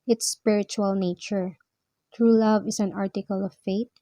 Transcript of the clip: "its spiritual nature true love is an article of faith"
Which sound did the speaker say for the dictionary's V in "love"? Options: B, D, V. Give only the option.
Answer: V